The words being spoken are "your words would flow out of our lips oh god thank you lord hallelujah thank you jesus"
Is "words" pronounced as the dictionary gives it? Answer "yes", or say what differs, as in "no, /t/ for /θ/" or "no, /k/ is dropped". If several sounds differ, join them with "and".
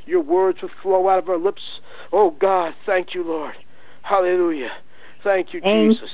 yes